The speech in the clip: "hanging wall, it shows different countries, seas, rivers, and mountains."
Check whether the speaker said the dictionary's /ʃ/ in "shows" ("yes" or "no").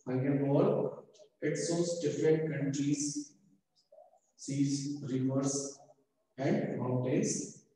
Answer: no